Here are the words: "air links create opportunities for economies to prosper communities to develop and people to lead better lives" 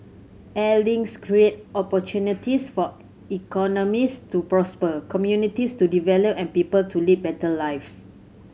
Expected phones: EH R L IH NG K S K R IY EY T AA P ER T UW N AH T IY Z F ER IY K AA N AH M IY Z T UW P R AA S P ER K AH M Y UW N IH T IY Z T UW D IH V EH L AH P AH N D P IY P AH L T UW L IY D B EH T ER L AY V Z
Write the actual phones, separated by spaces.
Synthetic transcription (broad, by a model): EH L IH NG S K R IY EY T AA P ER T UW N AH T IY S F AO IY K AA N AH M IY S T UW P R AA S P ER K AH M Y UW N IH T IY S T UW D IH V EH L AH P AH N P IY P AH L T UW L IY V B EH T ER L AY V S